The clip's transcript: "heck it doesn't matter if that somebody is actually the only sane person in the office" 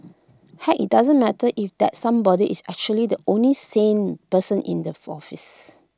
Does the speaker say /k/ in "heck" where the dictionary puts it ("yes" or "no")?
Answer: no